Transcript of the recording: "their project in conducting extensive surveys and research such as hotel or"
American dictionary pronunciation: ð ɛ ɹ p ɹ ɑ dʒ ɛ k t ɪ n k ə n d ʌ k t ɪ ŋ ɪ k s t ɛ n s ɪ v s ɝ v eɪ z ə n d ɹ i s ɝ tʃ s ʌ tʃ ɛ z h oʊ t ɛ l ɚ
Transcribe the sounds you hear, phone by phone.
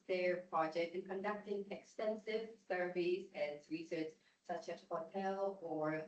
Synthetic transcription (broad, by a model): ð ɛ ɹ p ɹ ɑ dʒ ɛ k t ɪ n k ə n d ʌ k t ɪ ŋ ɪ k s t ɛ n s ɪ v s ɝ v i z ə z ɹ i s ɝ tʃ s ʌ tʃ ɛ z h oʊ t ɛ l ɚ